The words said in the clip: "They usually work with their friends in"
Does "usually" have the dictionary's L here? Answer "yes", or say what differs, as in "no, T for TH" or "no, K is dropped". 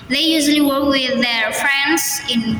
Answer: yes